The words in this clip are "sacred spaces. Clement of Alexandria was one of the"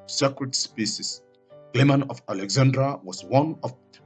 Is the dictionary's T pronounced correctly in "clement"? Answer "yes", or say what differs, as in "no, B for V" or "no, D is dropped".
no, T is dropped